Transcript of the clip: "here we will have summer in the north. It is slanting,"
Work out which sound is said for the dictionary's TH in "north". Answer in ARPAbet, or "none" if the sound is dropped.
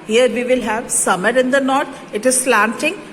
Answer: T